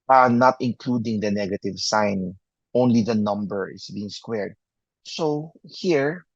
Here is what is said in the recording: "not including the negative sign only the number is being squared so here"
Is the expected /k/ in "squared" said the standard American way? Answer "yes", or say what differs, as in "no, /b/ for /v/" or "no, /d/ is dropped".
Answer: yes